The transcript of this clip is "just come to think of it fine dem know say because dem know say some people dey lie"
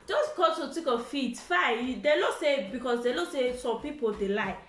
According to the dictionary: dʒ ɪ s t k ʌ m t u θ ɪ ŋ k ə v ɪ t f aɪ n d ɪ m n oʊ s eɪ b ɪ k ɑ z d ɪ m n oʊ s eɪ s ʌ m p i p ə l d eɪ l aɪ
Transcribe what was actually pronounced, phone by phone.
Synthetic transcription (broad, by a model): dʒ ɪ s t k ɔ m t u t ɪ k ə f ɪ t f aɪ d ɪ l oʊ s eɪ b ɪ k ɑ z d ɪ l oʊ s eɪ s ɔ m p i p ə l d eɪ l aɪ